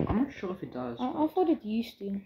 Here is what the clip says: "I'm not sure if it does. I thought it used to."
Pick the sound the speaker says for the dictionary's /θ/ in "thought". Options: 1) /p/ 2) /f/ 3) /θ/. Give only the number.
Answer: 2